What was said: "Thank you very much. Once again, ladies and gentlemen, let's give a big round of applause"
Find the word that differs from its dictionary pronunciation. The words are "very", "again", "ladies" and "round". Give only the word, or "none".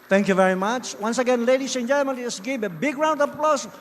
ladies